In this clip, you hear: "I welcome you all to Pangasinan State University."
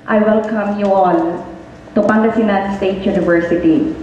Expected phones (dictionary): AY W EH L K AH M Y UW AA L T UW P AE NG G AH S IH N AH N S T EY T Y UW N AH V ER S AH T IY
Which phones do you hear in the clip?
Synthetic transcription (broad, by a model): AY W EH L K AH M Y UW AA N T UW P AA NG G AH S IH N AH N S T EY T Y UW N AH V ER S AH T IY